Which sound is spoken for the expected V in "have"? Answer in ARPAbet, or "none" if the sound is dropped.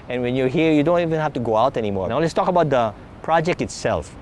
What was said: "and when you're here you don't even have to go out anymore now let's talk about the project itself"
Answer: F